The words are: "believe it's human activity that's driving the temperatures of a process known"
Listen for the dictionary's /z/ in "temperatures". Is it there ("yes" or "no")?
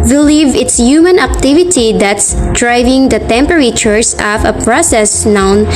no